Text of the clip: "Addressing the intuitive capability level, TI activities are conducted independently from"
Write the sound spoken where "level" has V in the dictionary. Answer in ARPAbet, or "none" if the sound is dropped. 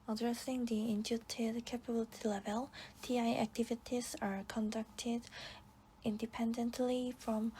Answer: V